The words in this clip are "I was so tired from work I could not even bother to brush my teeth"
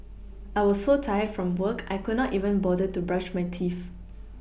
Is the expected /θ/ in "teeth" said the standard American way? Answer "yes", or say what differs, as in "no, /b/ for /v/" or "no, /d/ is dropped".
no, /f/ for /θ/